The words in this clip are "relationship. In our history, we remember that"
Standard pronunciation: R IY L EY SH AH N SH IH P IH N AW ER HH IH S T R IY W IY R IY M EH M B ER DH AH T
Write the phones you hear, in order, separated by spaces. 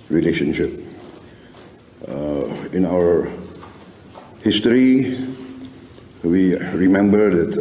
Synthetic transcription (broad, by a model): R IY L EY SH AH N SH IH P IH N AW ER HH IH S T R IY W IY R IY M EH M B ER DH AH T